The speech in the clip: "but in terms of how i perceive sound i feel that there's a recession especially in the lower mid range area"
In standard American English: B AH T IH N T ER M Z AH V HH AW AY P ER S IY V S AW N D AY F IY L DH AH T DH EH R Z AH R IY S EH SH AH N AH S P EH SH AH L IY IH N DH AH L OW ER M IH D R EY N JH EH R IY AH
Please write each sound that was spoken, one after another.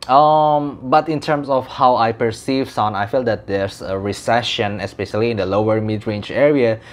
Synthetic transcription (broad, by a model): B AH T IH N T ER M S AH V HH AW AY P ER S IY V S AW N AY F IY L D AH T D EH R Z AH R IY S EH SH AH N AH S P EH SH AH L IY IH N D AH L OW ER M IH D R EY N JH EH R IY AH